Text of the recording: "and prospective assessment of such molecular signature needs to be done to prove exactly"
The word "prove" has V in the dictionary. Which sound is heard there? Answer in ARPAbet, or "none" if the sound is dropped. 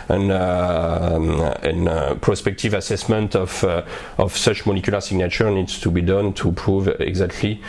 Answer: V